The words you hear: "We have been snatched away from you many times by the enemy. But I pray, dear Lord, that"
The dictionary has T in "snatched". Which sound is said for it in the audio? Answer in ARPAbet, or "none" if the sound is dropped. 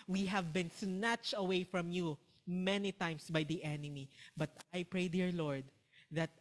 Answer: T